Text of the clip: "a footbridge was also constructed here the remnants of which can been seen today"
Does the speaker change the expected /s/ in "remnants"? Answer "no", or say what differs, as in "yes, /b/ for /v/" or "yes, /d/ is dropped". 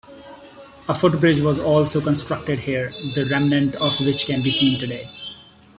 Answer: yes, /s/ is dropped